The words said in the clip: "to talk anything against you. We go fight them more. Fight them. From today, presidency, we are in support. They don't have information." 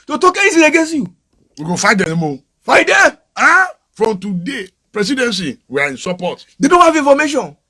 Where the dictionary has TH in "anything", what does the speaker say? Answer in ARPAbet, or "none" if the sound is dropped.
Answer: S